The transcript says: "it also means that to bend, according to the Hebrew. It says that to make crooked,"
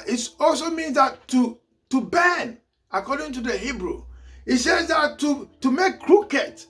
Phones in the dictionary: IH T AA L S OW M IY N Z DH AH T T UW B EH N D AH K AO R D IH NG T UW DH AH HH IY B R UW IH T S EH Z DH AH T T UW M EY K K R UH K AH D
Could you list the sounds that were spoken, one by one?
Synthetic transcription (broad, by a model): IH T AA L S OW M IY N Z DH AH T T UW B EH N AH K AO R D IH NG T UW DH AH HH IY B R UW IH T S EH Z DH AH T T UW M EY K K R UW K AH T